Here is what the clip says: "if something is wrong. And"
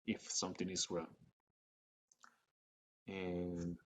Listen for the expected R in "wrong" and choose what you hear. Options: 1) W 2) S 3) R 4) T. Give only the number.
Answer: 1